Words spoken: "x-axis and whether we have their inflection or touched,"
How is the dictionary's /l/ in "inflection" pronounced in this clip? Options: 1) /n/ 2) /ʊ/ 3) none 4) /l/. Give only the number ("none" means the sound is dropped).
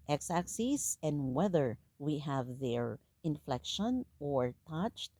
4